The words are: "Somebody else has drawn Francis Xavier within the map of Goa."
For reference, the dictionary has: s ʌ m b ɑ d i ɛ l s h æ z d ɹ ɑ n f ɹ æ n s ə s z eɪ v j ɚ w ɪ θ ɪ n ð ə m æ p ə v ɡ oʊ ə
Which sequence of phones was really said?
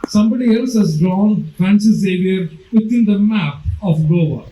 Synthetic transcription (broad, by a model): s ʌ m b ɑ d i ɛ l s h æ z d ɹ ɑ n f ɹ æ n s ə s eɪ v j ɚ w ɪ t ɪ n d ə m æ p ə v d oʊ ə